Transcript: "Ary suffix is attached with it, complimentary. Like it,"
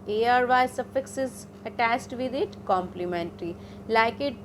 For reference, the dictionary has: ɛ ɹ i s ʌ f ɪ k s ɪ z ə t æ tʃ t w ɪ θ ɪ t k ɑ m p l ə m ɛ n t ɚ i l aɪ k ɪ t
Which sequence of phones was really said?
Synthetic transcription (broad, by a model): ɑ ɹ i s ʌ f ɪ k s ɪ z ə t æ s t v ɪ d ɪ t k ɑ m p l ə m ɛ n t ɚ i l aɪ k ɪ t